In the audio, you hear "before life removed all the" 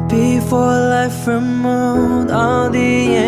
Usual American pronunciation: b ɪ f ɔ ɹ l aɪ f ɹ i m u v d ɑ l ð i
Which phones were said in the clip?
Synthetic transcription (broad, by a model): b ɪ f ɔ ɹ l aɪ f ɹ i m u d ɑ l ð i